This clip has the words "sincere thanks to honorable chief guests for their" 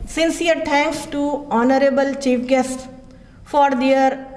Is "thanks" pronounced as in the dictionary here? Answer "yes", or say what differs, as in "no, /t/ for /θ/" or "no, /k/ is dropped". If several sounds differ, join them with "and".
no, /t/ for /θ/